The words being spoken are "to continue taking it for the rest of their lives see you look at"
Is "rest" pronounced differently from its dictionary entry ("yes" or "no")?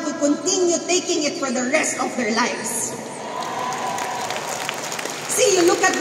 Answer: no